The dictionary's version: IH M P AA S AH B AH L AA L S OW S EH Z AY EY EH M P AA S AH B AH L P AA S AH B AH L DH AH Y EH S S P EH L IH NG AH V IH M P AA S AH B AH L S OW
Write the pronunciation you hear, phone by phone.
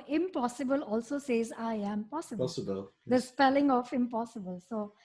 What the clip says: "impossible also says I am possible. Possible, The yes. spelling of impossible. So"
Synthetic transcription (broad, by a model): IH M P AA S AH B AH L AA L S OW S EH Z AY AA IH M P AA S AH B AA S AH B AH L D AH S S P EH L IH NG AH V IH M P AA S AH B AH L S OW